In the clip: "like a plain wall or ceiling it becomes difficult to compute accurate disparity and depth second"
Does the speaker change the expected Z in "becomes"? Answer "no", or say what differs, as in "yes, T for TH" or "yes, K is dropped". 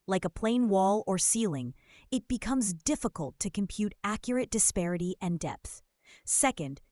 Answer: no